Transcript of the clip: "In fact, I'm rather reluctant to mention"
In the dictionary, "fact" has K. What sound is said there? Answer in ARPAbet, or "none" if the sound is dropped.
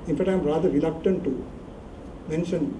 none